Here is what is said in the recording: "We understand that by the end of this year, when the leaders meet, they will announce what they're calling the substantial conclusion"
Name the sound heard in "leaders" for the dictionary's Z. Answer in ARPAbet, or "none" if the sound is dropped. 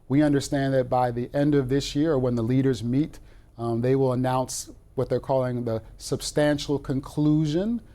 Z